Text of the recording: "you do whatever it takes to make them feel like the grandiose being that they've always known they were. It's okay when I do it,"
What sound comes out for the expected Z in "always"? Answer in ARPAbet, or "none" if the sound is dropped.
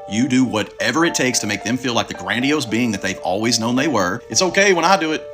Z